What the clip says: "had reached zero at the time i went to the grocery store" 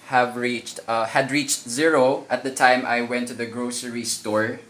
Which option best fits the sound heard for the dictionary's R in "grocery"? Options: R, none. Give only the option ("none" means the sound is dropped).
R